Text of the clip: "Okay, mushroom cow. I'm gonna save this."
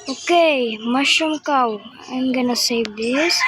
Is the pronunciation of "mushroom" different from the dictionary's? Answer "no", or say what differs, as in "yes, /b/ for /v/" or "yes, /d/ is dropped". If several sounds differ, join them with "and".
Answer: yes, /ɹ/ is dropped